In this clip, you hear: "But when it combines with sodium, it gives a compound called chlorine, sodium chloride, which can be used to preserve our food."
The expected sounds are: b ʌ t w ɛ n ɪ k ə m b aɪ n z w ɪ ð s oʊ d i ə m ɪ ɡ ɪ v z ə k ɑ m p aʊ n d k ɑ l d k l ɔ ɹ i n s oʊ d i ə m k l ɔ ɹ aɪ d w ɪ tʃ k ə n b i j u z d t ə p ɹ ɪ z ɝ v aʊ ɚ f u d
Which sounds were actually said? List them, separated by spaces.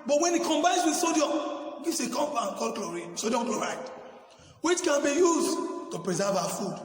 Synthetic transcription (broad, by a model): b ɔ t w ɛ n ɪ k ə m b aɪ n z w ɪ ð s oʊ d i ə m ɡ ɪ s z ə k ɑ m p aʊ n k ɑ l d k l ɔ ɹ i s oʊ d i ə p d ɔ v aɪ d w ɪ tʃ k ə n b i j u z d t ə p ɹ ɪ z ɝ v aʊ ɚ f u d